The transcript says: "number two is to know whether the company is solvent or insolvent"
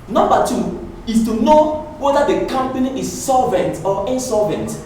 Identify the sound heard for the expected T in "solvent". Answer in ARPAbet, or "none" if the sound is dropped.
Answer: T